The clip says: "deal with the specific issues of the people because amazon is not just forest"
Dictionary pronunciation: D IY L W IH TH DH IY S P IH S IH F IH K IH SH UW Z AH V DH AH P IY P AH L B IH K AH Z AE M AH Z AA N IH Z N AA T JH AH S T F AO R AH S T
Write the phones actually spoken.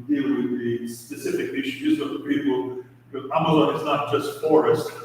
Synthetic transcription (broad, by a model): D IY L W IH DH IY S P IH S IH F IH K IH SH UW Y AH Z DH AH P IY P L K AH AE M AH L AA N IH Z N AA T JH AH S T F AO R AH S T